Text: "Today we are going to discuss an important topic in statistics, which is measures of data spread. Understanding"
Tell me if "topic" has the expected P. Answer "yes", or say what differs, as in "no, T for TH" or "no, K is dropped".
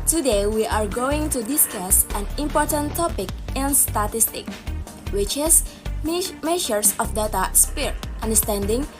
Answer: yes